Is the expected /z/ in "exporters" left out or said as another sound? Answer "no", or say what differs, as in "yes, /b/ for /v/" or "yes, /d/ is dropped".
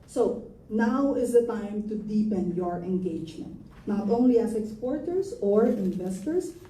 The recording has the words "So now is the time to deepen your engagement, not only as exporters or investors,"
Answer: yes, /s/ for /z/